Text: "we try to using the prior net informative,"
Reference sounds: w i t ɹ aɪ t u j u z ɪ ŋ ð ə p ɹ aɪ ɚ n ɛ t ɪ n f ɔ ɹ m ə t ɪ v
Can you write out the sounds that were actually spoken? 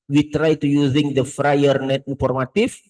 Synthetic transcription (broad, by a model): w i t ɹ aɪ t u j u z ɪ ŋ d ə f ɹ aɪ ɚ n ɛ t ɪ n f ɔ ɹ m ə t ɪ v